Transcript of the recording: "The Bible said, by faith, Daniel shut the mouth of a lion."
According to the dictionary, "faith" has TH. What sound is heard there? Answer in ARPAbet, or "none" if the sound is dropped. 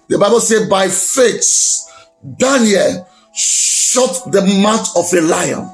S